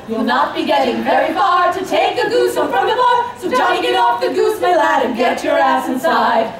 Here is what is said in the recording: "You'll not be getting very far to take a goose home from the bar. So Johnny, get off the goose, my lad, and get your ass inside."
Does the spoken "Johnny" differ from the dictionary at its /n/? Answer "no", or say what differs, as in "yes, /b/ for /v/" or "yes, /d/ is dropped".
yes, /n/ is dropped